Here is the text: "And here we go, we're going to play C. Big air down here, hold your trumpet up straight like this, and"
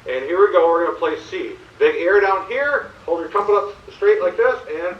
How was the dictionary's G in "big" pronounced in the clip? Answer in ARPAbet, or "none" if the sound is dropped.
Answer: none